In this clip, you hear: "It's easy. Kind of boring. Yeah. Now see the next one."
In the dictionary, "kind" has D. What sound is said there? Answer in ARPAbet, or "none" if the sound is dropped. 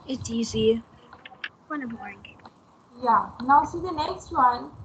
none